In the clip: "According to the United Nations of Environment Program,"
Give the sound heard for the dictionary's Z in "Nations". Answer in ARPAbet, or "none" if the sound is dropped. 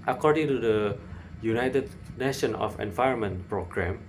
none